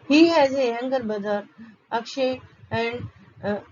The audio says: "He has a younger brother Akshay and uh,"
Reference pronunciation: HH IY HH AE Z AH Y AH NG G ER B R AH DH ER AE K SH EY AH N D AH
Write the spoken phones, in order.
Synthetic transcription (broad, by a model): HH IY HH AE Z AH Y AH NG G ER B AH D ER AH K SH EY AH N D